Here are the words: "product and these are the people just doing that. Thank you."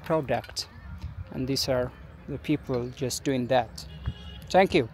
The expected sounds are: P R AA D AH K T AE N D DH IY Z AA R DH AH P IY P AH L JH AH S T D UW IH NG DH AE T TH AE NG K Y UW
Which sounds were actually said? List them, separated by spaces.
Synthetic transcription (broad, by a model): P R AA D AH K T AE N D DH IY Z AA R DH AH P IY P AH L JH AH S T D UW IH NG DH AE T T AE NG K Y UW